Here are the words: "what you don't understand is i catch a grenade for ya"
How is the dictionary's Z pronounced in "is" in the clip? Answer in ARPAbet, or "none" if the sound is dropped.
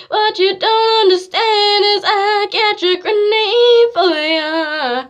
Z